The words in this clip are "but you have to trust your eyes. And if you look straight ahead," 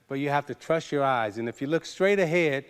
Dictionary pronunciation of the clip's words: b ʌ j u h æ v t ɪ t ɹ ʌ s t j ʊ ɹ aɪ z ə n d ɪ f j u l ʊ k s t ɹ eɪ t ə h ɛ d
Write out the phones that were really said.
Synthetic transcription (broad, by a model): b ʌ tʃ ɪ h æ f t ɪ t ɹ ʌ s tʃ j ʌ ɹ aɪ z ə n ɪ f j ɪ l ʊ k s t ɹ eɪ t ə h ɛ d